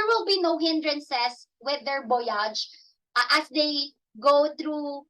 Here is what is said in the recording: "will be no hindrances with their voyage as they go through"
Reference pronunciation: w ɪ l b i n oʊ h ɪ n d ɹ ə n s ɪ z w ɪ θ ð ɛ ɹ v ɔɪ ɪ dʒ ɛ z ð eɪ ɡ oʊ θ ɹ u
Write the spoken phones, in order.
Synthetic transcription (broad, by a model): w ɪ l b i n oʊ h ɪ n d ɹ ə n s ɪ s w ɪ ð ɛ ɹ b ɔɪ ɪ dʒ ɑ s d eɪ ɡ oʊ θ ɹ u